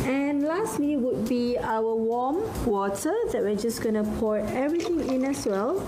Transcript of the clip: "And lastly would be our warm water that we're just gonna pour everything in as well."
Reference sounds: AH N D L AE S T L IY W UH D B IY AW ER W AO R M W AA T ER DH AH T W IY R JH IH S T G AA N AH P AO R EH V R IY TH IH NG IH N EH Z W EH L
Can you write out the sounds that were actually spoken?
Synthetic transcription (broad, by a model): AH N L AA S T L IY W UH D B IY AW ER W AO M W AA T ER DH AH T W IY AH JH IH S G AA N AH P AO R EH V R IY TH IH NG IH N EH S W EH L